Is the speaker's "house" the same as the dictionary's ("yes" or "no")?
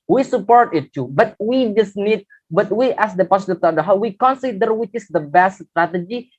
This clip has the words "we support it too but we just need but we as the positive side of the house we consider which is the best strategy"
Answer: no